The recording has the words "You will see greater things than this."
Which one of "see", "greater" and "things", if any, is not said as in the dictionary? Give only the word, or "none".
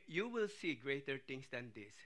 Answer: things